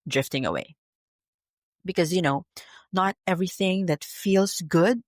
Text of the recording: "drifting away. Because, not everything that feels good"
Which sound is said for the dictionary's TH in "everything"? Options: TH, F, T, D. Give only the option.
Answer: TH